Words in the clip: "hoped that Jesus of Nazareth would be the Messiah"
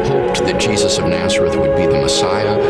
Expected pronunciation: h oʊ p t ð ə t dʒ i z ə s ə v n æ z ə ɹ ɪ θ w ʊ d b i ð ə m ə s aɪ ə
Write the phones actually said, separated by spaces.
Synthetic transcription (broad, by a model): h oʊ p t ð ə t dʒ i z ə s ə v n æ z ə ɹ ɪ θ w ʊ d b i ð ə m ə s aɪ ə